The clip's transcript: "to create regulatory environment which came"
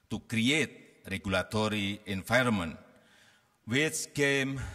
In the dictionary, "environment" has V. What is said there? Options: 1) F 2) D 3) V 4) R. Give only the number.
1